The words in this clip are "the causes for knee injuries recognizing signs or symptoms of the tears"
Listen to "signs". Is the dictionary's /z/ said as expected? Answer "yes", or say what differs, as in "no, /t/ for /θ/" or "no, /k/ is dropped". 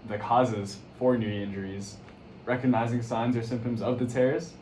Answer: yes